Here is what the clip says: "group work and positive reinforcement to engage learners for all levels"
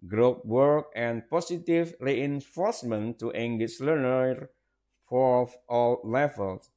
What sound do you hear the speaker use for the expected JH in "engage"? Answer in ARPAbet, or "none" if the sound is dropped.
SH